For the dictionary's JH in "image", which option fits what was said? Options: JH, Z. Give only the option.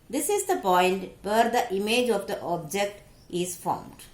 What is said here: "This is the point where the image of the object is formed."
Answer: JH